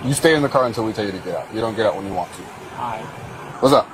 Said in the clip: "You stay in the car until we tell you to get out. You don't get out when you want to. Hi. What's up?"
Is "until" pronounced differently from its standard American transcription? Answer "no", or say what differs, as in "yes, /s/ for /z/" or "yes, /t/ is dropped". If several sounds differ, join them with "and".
no